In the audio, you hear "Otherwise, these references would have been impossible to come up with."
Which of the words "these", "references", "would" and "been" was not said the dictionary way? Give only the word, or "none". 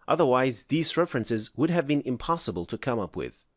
none